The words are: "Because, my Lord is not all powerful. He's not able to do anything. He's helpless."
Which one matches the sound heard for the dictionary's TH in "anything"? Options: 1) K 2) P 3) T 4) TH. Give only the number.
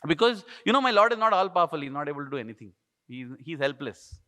3